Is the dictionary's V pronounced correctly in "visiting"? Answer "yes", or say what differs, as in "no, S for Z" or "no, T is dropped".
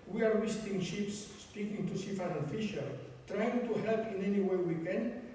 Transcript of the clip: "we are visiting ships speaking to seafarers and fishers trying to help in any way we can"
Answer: no, W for V